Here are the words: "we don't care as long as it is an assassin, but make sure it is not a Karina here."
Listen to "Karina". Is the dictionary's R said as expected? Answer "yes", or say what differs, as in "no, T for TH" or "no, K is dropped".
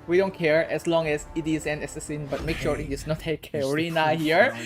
yes